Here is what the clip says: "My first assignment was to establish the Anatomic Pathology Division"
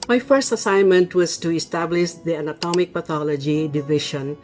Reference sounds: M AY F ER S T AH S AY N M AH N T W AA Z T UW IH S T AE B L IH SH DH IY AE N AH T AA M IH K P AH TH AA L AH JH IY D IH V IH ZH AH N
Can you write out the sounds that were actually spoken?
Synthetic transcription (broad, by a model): M AY F ER S T AH S AY N M AH N T W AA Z T UW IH S T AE B L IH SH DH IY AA N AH T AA M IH K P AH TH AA L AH JH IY D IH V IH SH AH N